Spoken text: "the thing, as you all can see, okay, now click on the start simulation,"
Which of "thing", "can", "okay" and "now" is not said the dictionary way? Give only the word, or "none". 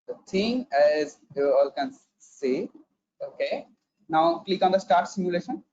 thing